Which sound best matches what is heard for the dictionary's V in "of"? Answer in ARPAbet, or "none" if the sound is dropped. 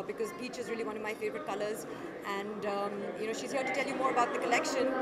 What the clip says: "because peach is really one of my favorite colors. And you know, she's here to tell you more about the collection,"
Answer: V